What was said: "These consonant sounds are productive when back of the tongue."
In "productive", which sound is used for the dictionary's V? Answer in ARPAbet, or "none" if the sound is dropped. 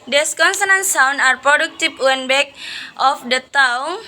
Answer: P